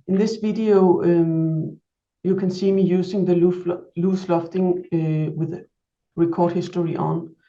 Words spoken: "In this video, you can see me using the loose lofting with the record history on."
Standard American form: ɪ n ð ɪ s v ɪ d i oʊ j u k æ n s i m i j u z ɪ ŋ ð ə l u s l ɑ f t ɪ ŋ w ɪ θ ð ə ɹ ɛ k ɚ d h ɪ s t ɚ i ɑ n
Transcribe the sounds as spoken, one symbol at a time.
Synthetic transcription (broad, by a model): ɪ n ð ɪ s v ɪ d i oʊ j u k æ n s i m i j u s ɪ ŋ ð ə l u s l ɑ f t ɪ ŋ w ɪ ð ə ɹ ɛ k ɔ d h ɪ s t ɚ i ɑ n